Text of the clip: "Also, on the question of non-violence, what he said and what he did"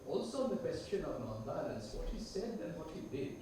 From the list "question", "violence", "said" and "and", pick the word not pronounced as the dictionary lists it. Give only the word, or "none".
violence